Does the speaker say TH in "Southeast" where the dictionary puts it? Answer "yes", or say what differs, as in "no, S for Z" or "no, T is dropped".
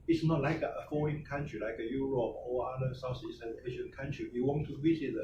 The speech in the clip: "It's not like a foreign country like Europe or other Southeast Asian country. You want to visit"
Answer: no, S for TH